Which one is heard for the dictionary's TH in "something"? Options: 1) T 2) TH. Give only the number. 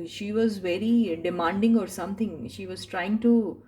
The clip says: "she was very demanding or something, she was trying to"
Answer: 1